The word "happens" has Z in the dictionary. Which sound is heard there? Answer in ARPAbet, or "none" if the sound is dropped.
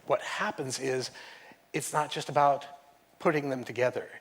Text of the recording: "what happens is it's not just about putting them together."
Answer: Z